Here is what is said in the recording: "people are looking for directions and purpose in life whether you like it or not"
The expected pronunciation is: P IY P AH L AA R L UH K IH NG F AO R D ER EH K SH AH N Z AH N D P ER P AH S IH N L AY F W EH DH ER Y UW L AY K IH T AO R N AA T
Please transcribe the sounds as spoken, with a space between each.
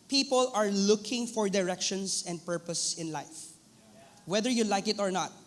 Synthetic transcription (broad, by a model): P IY P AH L AA R L UH K IH NG F AO R D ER EH K SH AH N S AH N D P ER P AH S IH N L AY F W EH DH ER Y UW L AY K IH T AO R N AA T